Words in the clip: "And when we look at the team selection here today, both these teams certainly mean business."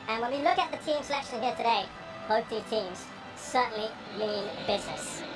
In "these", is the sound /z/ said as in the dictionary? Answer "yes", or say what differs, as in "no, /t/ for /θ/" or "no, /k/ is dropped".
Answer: no, /z/ is dropped